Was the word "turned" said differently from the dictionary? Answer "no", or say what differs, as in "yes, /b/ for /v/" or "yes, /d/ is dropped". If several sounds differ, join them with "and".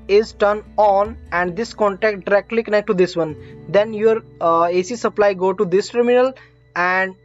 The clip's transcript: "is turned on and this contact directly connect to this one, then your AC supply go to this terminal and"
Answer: yes, /d/ is dropped